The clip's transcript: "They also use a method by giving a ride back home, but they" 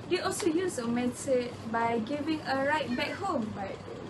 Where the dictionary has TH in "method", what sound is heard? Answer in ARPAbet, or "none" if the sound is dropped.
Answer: S